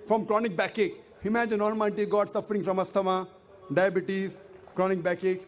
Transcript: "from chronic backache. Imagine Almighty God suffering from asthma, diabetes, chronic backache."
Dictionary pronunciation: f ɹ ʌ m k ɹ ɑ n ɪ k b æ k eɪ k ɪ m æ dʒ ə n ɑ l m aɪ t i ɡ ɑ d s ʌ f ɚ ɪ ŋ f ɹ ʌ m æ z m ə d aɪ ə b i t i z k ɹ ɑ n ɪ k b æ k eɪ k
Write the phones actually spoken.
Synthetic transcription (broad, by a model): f ɹ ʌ m k ɹ ɑ n ɪ k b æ k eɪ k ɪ m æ dʒ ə n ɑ n m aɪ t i ɡ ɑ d s ʌ f ɚ ɪ ŋ f ɹ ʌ m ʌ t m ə d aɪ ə b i t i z k ɹ ɑ n ɪ k b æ k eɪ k